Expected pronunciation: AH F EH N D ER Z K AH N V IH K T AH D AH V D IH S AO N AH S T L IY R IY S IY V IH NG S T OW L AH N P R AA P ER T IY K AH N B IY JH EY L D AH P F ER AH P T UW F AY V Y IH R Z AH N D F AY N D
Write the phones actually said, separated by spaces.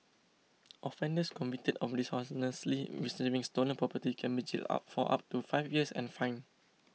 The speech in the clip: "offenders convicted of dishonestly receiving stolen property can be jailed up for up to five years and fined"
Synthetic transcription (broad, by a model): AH F EH N D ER S K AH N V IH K T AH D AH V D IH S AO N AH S L IY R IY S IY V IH NG S T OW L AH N P R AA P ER T IY K AH N B IY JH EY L AA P F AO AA P T UW F AY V Y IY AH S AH N F AY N